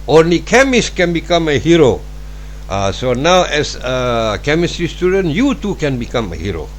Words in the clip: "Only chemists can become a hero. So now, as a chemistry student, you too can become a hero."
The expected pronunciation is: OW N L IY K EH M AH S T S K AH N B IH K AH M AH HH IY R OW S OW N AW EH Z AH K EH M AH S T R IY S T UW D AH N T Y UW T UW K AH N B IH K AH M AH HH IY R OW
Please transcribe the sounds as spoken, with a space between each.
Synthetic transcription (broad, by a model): OW N L IY K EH M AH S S K AH N B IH K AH M AH HH IY R OW S OW N AW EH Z AH K EH M AH S T R IY S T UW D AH N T Y UW T UW K AH N B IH K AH M AH HH IY R OW